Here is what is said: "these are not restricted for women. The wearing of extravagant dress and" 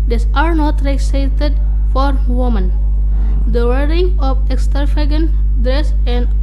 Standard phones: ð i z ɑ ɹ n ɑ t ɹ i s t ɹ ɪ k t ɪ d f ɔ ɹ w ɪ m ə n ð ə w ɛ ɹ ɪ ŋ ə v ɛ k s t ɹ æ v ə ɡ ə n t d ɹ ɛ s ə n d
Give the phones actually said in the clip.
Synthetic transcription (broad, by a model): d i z ɑ ɹ n ɑ t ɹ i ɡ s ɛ t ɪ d f ɔ ɹ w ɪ m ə n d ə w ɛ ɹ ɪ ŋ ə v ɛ k s t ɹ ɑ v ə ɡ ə n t d ɹ ɛ s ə n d